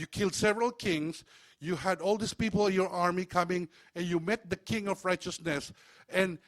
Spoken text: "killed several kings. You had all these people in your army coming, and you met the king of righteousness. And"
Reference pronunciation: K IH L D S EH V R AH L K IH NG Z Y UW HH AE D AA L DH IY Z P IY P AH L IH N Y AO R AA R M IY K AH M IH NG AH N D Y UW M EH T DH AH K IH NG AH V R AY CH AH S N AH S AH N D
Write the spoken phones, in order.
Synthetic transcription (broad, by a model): K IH L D S EH V R AH L K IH NG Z Y UW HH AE D AA L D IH S P IY P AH L IH N Y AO R AA R M IY K AH M IH NG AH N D Y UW M EH T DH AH K IH NG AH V R AY CH AH S N AH S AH N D